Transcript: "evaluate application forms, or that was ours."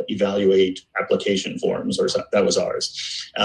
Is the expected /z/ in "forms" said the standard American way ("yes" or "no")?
yes